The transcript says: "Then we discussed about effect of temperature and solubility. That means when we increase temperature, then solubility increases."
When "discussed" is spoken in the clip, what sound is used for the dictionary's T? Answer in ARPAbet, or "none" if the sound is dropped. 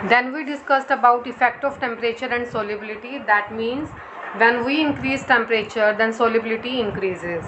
T